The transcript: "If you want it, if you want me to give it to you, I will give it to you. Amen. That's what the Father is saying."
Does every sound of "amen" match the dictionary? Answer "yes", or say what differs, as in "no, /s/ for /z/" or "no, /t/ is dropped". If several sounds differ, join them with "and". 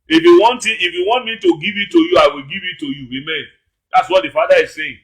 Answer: yes